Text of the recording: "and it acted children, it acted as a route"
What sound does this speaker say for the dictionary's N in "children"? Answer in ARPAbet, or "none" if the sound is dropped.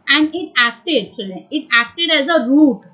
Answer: none